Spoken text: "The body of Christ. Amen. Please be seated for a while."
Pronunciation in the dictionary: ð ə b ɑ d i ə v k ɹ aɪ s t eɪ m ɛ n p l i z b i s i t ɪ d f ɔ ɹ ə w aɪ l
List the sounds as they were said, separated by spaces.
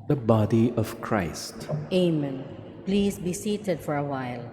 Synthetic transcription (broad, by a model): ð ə b ɑ d i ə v k ɹ aɪ s t eɪ m ɛ n p l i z b i s i t ɪ d f ɔ ɹ ə w aɪ l